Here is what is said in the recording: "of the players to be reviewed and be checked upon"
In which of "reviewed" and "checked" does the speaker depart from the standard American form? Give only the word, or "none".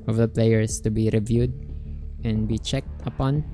none